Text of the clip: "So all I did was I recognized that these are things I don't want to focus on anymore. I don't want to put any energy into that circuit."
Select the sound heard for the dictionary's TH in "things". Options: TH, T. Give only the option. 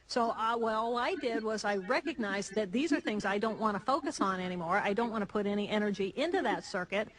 TH